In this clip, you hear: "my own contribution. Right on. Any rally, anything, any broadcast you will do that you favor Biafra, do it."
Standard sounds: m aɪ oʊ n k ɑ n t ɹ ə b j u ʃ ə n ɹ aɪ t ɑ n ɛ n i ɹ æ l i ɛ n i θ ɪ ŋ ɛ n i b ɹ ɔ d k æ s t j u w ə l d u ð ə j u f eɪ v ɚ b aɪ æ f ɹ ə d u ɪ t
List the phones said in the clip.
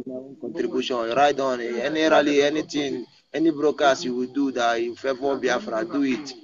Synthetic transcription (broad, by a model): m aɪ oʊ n k ɑ n t ɹ ə b j u ʃ ə n ɹ aɪ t ɑ n ɛ n i ɹ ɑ l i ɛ n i t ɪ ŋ ɛ n i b ɹ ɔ k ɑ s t j u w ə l d u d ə j u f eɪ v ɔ b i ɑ f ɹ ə d u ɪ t